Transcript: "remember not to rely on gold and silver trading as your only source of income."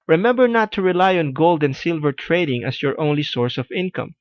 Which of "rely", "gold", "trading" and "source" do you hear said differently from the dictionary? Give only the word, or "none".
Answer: none